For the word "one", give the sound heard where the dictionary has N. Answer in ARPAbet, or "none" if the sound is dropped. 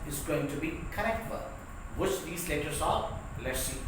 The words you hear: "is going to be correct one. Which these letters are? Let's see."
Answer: L